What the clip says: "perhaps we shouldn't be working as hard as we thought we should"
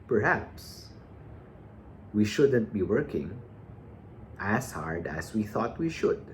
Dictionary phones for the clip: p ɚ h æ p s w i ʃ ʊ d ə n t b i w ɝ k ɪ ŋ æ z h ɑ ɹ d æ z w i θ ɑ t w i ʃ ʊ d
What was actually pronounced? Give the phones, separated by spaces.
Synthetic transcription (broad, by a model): p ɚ h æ p s w i ʃ ʊ d ə n t b i w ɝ k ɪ ŋ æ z h ɑ ɹ d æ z w i θ ɑ t w i ʃ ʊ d